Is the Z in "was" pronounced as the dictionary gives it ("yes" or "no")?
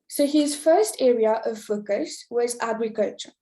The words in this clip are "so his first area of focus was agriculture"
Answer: yes